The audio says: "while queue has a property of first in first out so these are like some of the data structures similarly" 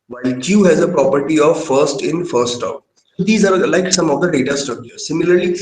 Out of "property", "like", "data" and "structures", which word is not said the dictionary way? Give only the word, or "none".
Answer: structures